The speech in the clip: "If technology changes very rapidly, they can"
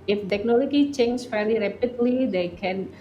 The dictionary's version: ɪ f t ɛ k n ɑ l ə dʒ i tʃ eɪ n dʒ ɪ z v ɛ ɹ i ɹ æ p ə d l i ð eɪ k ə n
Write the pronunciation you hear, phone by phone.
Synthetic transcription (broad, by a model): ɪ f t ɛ k n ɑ l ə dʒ i tʃ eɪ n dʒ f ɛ l i ɹ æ p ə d l i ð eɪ k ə n